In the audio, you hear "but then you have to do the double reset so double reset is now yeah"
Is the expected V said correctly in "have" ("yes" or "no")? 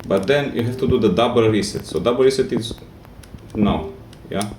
no